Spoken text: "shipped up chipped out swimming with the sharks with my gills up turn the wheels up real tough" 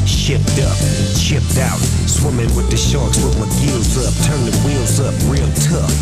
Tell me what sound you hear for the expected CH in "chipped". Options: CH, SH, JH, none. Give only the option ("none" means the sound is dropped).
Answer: SH